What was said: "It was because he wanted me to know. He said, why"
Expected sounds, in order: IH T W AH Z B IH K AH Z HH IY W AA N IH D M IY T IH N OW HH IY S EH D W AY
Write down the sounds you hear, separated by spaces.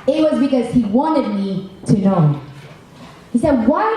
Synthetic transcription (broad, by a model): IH T W AH Z B IH K AH Z HH IY W AA N IH D M IY T IH N OW HH IY S EH D W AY